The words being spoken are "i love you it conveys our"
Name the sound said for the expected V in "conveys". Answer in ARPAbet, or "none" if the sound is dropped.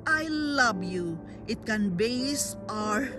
B